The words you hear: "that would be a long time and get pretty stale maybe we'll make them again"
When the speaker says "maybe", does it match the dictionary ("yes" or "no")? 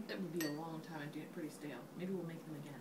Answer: yes